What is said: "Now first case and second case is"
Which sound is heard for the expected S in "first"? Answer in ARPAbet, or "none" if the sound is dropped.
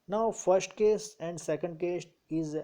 S